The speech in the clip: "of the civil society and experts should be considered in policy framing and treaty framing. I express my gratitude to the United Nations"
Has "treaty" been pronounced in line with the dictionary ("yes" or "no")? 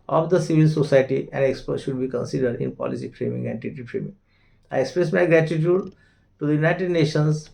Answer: no